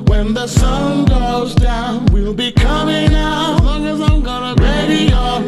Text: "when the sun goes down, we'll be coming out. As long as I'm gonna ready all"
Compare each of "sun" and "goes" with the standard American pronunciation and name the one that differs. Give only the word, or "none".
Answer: none